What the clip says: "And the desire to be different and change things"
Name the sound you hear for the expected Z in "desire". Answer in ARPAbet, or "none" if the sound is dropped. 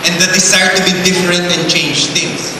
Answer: S